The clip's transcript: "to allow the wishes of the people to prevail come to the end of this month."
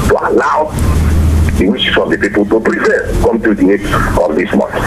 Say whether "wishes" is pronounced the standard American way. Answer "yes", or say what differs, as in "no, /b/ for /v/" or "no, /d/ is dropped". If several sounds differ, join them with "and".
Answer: no, /s/ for /z/